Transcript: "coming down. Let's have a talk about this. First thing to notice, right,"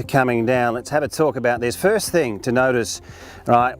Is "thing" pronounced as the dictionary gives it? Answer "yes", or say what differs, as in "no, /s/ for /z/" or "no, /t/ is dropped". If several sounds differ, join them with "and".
yes